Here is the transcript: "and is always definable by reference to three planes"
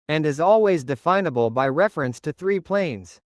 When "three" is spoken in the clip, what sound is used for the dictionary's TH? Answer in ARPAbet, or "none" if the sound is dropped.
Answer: TH